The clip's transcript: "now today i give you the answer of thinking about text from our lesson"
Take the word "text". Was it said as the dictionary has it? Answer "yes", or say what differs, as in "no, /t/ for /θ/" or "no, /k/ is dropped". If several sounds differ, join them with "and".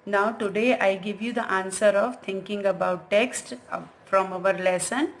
yes